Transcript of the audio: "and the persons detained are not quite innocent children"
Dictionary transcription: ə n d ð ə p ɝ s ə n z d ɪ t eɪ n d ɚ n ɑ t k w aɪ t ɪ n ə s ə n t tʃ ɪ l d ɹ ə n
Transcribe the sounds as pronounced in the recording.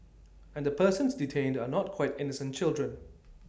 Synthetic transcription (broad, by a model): ə n d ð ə p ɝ s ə n s d ɪ t eɪ n d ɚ n ɑ t k w aɪ t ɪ n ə s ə n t tʃ ɪ l d ɹ ə n